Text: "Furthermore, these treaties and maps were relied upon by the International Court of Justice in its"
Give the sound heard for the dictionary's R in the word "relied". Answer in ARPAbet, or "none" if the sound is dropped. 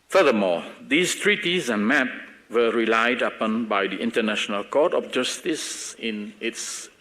R